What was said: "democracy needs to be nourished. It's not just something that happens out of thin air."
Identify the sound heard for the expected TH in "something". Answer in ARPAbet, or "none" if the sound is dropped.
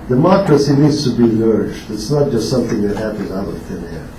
TH